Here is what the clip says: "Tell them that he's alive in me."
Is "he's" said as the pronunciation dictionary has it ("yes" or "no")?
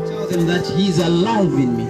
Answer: yes